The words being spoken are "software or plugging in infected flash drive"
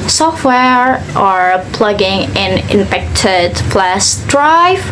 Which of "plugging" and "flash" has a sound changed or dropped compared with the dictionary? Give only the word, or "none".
flash